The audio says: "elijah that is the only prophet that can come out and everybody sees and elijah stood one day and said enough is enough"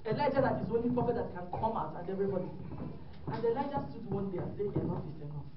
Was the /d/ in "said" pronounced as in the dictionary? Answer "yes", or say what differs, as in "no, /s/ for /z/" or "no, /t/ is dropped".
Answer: no, /d/ is dropped